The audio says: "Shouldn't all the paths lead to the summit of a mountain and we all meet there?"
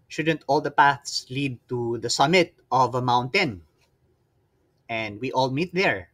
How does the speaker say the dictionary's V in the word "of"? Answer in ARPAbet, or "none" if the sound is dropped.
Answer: V